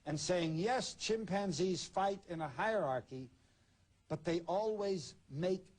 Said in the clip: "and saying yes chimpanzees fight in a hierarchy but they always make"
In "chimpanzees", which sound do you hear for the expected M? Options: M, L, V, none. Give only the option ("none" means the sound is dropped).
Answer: M